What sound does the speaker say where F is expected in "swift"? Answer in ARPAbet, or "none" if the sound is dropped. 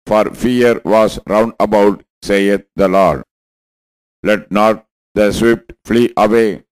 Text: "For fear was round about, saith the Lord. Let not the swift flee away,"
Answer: P